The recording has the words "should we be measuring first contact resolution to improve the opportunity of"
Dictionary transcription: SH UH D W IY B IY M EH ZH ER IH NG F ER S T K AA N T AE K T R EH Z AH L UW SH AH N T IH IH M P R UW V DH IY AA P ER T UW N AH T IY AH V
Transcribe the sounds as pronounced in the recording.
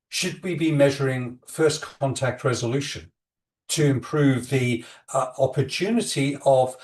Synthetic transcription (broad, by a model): SH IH D W IY B IY M EH ZH ER IH NG F ER S K AA N T AE K T R EH Z AH L UW SH AH N T IH IH M P R UW V DH IY AA P ER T UW N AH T IY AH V